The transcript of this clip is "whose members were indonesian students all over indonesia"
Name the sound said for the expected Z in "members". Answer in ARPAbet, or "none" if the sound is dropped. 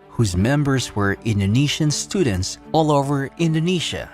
Z